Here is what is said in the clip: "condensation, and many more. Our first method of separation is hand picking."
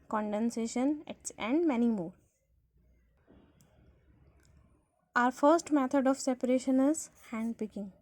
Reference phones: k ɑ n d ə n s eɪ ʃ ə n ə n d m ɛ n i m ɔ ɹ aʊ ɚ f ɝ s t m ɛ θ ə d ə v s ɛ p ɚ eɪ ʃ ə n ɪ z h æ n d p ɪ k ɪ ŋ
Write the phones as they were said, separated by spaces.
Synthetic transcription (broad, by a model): k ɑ n d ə n s eɪ ʃ ə n ə n d m ɛ n i m ɔ ɹ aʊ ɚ f ɝ s t m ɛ t ə d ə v s ɛ p ɚ eɪ ʃ ə n ɪ z h æ n d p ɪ k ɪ ŋ